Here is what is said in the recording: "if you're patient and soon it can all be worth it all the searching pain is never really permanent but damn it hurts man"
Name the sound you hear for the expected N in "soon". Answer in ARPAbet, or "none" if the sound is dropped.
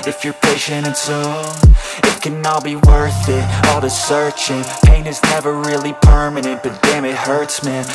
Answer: none